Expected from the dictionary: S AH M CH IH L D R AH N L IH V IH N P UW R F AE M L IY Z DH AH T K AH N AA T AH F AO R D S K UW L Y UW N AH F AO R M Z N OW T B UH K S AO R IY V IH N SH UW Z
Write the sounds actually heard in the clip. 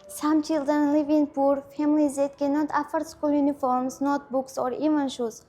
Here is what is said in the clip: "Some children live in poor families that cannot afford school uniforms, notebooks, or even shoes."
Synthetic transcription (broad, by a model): S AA M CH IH L D AH N L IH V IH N P UW R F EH M L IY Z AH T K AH N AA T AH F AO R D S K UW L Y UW N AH F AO R M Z N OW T B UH K S AO R IY V IH N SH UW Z